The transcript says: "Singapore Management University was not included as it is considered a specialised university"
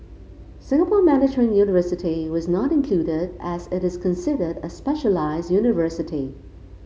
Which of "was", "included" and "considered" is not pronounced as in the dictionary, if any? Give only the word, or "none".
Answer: none